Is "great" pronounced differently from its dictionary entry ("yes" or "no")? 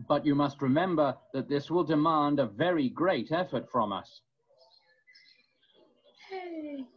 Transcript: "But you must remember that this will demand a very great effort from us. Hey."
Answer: no